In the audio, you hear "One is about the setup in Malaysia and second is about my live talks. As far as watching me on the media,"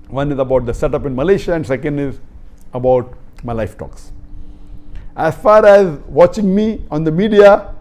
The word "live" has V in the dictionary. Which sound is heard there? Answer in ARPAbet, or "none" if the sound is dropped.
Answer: F